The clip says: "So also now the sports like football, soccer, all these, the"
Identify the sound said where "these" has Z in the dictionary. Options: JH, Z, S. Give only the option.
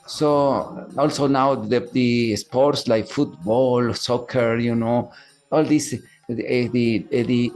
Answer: S